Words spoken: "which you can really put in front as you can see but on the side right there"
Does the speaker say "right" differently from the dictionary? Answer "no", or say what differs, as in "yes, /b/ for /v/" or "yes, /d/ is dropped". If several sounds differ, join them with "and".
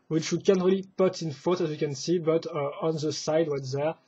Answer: yes, /w/ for /ɹ/